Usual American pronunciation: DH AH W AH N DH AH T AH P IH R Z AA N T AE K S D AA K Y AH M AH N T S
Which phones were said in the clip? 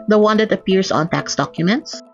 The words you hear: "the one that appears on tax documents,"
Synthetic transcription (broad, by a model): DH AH W AH N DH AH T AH P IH R S AA N T AE K S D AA K Y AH M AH N T S